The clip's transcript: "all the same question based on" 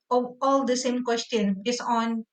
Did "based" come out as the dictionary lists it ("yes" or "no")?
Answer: no